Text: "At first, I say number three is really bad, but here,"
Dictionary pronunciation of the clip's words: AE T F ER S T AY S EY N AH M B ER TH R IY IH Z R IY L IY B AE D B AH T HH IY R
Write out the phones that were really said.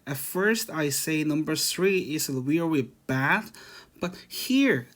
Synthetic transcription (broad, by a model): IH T F ER S T AY S EY N AH M B ER TH R IY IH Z W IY W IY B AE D B AH T HH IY R